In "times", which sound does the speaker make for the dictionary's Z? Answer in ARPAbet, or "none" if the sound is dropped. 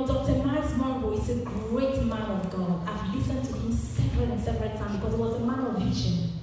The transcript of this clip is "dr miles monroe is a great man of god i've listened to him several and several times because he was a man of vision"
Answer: none